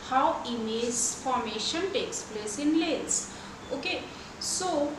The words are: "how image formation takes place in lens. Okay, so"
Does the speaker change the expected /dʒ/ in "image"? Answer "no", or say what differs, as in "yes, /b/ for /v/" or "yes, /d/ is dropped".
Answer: yes, /z/ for /dʒ/